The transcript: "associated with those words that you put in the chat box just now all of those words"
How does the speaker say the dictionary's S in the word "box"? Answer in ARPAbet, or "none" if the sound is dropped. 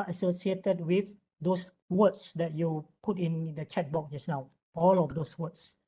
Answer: none